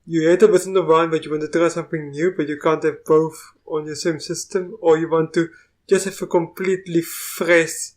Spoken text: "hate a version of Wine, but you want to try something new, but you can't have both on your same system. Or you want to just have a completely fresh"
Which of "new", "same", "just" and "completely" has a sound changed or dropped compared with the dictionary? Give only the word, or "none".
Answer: none